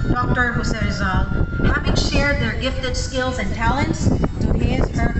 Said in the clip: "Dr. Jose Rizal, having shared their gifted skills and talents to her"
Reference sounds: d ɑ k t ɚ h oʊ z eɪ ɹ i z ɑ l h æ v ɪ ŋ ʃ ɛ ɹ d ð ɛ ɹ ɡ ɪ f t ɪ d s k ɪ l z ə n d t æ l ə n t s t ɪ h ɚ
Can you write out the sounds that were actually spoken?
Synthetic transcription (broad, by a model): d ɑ k t ɚ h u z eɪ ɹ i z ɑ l h æ v ɪ ŋ ʃ ɛ ɹ d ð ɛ ɹ ɡ ɪ f t ɪ d s k ɪ l z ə n t æ l ə n t s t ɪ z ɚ